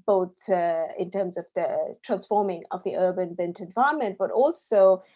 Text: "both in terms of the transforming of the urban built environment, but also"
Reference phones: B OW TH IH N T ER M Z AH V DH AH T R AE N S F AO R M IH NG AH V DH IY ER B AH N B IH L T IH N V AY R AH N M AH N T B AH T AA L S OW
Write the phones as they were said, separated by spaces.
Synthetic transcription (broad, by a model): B OW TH IH N T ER M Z AH V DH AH T R AE N S F AO R M IH NG AH V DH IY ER B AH N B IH N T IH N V AY AH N M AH N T B AH T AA L S OW